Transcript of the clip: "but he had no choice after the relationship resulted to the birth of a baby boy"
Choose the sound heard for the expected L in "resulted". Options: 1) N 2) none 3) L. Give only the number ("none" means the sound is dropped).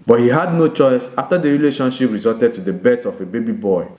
2